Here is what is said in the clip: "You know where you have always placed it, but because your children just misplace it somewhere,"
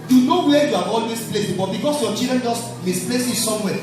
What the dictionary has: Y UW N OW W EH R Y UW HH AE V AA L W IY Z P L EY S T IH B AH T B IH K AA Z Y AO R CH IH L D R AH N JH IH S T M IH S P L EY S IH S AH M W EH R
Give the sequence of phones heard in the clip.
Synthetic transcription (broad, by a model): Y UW N OW W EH Y UW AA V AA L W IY S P L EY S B IH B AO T B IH K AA S Y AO CH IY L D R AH N JH IH S T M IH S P L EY S IH S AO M W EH